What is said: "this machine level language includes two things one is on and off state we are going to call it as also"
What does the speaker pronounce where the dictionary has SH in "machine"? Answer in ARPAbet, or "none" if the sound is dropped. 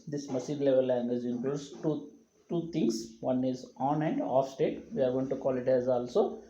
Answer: S